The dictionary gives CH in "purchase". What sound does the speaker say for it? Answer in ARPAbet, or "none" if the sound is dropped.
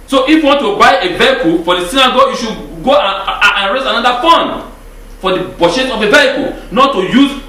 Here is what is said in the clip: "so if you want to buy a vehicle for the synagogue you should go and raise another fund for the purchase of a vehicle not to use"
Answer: SH